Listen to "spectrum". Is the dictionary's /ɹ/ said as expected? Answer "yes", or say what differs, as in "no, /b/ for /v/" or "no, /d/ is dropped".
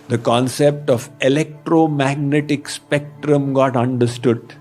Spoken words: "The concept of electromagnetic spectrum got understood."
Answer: yes